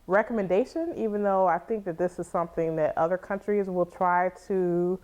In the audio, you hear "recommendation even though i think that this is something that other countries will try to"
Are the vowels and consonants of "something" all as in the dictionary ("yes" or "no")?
yes